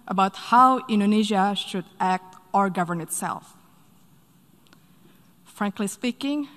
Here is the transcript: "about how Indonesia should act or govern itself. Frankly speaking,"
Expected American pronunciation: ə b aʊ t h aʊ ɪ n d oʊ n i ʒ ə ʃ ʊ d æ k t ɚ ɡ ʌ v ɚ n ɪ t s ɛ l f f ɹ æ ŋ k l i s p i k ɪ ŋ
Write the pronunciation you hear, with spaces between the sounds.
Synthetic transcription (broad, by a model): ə b aʊ t h aʊ ɪ n d oʊ n i ʒ ə ʃ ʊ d æ k t ɚ ɡ ʌ v ɚ n ɪ t s ɛ l f f ɹ æ ŋ k l i s p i k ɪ ŋ